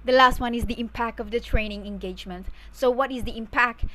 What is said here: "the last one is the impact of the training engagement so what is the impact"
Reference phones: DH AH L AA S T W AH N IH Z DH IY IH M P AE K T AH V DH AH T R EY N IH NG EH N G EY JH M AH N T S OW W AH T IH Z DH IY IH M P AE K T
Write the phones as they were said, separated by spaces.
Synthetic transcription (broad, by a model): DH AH L AA S T W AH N IH Z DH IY IH M P AE K T AH V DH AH T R EY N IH NG EH N G EY JH M AH N T S OW W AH T IH Z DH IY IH M P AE K T